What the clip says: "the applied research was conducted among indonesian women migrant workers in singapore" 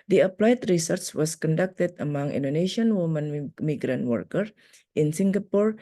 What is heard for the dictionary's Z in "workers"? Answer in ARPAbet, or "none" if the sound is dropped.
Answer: none